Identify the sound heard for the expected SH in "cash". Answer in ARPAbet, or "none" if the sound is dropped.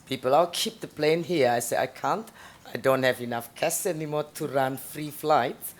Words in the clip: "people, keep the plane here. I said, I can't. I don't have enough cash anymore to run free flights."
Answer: S